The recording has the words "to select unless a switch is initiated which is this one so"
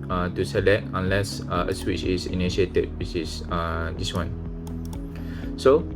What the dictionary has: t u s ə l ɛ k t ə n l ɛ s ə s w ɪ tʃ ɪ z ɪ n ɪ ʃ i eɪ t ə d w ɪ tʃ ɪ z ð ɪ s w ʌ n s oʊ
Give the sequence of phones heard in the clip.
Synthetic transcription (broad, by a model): t u s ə l ɛ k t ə n l ɛ s ə s w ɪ tʃ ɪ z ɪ n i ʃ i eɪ t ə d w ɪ s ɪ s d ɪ s w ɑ n s oʊ